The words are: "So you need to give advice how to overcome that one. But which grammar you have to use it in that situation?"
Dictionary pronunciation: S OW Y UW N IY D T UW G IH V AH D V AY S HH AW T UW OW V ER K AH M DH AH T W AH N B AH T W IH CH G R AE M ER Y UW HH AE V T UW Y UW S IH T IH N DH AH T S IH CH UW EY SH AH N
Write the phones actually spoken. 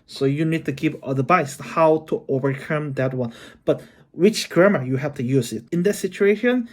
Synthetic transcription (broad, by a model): S OW Y UW N IY D T UW G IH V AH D B AY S HH AW T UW OW V ER K AH M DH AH T W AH N B AH T W IH CH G R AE M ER Y UW HH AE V T UW Y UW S IH T IH N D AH T S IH CH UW EY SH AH N